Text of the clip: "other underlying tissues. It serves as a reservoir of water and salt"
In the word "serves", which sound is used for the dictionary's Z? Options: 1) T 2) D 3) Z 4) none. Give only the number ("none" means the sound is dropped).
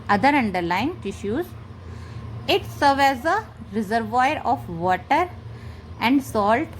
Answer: 4